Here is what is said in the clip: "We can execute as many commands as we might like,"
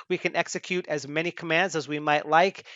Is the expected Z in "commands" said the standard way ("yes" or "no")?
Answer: yes